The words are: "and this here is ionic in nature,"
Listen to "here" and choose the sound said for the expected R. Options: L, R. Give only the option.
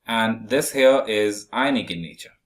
L